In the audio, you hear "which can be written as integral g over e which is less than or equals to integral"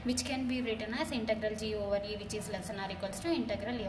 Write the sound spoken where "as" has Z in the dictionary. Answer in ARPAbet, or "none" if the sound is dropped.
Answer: S